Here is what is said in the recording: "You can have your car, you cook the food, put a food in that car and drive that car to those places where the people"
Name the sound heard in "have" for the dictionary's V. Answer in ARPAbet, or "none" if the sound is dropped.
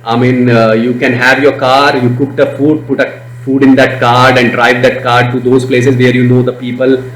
V